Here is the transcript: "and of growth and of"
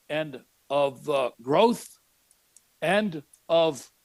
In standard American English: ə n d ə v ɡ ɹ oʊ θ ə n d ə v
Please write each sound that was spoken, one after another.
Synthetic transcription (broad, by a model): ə n d ə v ɡ ɹ oʊ θ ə n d ə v